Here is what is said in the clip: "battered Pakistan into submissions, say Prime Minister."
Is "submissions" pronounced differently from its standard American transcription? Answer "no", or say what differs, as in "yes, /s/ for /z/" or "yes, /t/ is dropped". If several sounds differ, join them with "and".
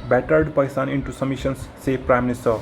yes, /b/ is dropped